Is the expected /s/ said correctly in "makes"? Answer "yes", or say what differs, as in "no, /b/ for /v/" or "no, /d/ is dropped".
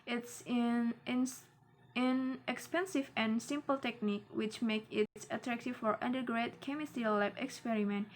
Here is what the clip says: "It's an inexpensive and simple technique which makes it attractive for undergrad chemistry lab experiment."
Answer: no, /s/ is dropped